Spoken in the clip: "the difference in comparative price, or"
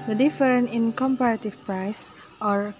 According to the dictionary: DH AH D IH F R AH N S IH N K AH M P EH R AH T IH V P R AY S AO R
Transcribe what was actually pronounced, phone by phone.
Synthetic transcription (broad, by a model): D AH D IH F R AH N IH N K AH M P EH R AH T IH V P R AY S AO R